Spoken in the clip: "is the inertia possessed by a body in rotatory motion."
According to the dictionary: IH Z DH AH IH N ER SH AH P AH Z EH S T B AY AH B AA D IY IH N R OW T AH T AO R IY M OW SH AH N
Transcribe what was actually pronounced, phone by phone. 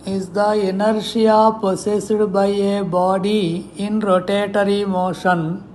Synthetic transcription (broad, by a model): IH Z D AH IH N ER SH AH P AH S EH S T B AY AH B AA D IY IH N R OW T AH T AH R IY M OW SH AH N